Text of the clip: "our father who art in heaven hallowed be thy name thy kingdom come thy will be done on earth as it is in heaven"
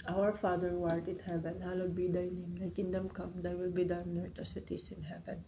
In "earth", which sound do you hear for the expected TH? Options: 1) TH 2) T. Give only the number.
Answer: 2